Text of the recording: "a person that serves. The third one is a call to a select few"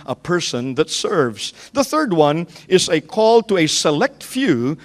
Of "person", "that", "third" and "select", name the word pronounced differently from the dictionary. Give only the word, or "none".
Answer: none